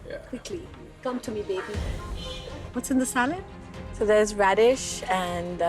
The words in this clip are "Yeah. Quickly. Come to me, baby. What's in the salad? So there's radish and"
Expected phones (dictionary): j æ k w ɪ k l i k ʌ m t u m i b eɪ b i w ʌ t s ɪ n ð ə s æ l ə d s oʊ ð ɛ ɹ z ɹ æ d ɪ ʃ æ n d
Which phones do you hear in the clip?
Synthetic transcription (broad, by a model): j k w ɪ k l i k ʌ m t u m i b eɪ b i w ʌ t s ɪ n ð ə s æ l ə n s oʊ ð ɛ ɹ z ɹ æ d ɪ ʃ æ n d